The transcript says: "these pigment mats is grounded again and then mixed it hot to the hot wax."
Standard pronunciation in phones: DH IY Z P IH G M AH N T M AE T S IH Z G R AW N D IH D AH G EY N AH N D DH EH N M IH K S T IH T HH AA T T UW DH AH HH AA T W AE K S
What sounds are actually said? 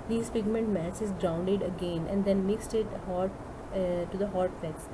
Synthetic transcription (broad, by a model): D IY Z P IH G M AH N T M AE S IH Z G R AW N D IH D AH G EY N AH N D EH N M IH K S T IH T HH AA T T UW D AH HH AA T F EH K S